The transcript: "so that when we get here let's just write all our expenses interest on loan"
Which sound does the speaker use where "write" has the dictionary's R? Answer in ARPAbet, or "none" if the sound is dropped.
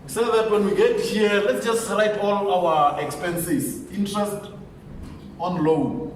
R